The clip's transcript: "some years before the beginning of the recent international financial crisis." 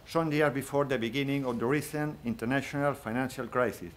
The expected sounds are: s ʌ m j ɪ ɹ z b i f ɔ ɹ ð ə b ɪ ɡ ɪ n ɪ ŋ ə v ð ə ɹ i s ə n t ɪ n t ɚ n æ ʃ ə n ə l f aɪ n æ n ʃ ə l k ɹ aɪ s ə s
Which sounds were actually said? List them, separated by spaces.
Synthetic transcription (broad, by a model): s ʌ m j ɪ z b i f ɔ ɹ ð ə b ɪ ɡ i n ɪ ŋ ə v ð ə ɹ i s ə n ɪ n t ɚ n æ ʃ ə n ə l f aɪ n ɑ n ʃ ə l k ɹ aɪ s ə s